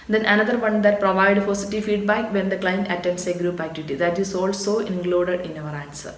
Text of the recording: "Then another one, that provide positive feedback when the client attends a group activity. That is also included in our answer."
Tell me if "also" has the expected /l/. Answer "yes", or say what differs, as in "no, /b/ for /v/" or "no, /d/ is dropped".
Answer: yes